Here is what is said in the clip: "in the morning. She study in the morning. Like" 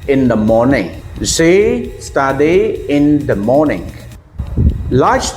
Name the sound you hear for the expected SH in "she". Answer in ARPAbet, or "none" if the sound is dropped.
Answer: S